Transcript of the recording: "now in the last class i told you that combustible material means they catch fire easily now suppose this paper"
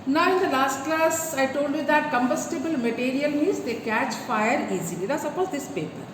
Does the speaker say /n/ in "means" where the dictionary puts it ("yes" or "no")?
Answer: no